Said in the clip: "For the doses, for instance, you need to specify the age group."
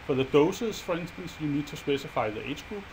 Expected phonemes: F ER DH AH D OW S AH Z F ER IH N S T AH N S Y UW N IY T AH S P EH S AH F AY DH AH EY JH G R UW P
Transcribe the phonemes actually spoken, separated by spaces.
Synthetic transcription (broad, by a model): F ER DH AH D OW S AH S F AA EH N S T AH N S Y UW N IY S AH S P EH S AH F AY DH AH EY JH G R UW